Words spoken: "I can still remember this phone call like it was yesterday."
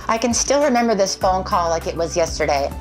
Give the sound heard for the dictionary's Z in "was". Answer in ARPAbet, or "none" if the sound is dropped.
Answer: Z